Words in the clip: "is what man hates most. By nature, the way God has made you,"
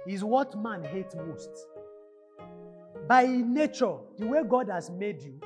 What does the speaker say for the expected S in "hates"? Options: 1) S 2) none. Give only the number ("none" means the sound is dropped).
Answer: 2